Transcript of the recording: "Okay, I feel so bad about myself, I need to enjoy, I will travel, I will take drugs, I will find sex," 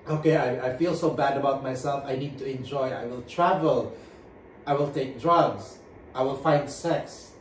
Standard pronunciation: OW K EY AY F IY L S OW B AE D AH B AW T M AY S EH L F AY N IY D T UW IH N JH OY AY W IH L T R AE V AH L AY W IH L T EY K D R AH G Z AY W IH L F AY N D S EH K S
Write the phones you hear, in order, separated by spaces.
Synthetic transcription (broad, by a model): OW K EY AY F IY L S OW B AE D AH B AW T M AY S EH L F AY N IY D T UW IH N JH OY AY W IH L T R AE V AH L AY W IH L T EY K D R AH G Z AY W IH L F AY N D S EH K S